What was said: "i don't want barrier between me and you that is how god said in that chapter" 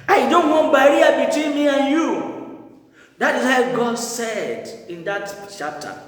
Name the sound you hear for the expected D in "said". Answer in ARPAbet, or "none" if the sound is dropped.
D